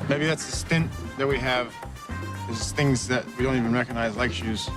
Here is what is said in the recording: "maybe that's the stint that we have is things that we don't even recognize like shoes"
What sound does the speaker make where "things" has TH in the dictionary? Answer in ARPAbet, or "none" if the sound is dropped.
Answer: TH